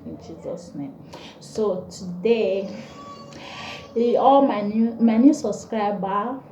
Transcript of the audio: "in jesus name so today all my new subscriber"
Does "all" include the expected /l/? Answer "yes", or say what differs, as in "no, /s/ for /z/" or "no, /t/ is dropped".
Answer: no, /n/ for /l/